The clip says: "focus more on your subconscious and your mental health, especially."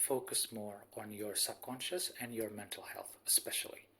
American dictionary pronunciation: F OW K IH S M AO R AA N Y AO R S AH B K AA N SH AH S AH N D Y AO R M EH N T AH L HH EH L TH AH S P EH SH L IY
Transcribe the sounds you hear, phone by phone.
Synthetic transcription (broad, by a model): F OW K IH S M AO R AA N Y AO R S AH B K AA N SH AH S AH N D Y AO R M EH N T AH L HH EH L TH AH S P EH SH L IY